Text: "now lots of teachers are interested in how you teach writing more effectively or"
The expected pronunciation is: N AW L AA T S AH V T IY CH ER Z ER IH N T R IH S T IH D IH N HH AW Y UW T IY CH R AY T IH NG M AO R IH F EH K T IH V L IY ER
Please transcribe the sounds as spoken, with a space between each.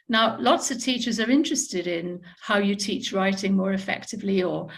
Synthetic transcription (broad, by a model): N AW L AA T S AH V T IY CH ER Z ER IH N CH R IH S T IH D IH N HH AW Y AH T IY CH R AY T IH NG M AO R IH F EH K T IH V L IY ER